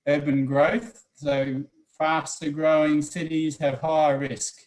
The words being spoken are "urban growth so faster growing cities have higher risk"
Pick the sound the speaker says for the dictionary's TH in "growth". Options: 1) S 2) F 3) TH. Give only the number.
3